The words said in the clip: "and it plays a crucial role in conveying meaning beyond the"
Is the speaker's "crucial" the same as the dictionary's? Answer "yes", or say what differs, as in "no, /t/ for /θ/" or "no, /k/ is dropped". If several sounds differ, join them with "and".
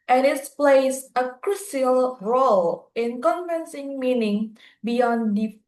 no, /s/ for /ʃ/